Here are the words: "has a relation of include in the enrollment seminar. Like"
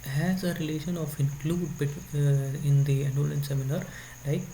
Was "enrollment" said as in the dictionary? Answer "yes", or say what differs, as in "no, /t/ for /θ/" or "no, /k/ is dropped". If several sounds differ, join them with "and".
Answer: no, /m/ is dropped